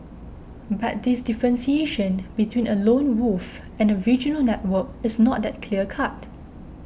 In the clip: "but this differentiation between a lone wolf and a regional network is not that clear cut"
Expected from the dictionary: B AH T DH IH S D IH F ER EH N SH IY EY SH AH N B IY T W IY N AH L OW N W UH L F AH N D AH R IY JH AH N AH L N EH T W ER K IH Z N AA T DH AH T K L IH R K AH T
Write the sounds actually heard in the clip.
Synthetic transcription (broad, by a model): B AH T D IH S D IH F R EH N S IY EY SH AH N B IY T W IY N AH L OW N W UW F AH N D AH R IY JH AH N AH L N EH T W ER K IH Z N AA T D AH T K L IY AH K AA T